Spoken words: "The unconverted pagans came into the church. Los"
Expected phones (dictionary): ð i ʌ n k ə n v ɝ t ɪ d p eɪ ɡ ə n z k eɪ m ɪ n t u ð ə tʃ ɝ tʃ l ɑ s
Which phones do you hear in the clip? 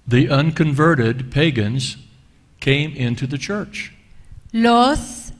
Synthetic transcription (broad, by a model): ð i ʌ n k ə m v ɝ t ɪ d p eɪ ɡ ə n z k eɪ m ɪ n t u ð ə tʃ ɝ tʃ l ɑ s